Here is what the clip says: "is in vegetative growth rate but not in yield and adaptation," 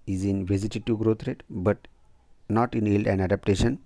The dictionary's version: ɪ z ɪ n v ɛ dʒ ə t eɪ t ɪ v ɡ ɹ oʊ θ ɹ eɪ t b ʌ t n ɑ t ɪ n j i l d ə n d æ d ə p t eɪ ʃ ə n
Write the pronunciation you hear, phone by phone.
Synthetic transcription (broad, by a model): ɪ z ɪ n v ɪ z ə t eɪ t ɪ ɡ ɹ oʊ t ɹ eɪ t b ʌ t n ɑ t ɪ n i l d ə n d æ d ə p t eɪ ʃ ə n